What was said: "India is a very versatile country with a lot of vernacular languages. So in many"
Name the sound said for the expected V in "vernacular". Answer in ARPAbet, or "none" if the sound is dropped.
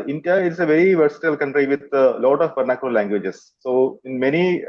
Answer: P